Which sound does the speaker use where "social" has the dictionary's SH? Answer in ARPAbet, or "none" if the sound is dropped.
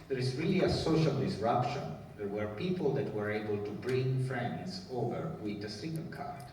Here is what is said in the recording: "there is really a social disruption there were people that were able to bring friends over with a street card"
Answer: SH